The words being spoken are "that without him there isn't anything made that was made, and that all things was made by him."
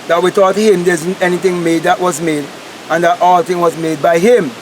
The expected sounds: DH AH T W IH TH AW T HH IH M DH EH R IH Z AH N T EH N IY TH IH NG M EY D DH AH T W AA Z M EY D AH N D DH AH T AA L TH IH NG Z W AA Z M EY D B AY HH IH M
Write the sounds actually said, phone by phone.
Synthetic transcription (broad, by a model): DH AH T W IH T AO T HH IH M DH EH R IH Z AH N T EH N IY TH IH NG M EY D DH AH T W AA Z M EY D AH N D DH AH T AA L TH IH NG W AA Z M EY D B AY HH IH M